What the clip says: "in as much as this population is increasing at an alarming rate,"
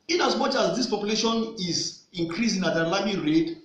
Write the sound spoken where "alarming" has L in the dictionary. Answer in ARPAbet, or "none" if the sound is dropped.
none